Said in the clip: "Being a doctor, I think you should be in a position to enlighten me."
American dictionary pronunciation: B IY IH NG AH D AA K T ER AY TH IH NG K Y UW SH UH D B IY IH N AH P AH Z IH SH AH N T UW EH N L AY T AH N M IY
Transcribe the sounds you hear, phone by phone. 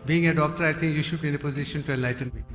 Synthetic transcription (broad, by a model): B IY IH NG AH D AA K T ER AY T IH NG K Y UW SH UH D B IY IH N AH P AH Z IH SH AH N T UW EH N L AY T AH N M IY